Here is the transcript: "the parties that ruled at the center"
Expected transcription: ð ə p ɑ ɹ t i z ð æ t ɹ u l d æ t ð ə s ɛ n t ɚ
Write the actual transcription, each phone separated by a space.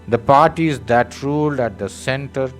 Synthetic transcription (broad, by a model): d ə p ɑ ɹ t i z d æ t ɹ u l d æ t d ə s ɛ n t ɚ